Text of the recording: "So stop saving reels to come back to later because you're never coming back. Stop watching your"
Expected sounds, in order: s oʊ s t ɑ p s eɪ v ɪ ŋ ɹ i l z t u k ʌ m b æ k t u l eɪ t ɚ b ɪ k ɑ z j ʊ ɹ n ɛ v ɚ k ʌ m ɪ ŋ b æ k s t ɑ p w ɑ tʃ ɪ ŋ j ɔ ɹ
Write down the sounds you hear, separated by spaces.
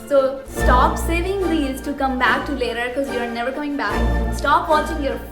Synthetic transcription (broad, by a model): s oʊ s t ɑ p s eɪ v ɪ ŋ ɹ i z t u k ʌ m b æ k t u l eɪ t ɚ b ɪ k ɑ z j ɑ ɹ n ɛ v ɚ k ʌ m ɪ ŋ b æ k s t ɑ p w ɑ tʃ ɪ ŋ j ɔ ɹ